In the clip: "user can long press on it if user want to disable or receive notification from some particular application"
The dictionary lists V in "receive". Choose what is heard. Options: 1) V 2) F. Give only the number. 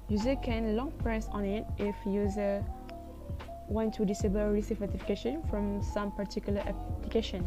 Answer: 2